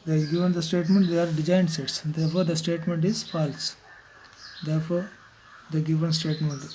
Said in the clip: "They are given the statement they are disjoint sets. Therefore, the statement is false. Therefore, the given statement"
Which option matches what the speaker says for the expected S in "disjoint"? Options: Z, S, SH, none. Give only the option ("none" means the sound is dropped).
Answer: none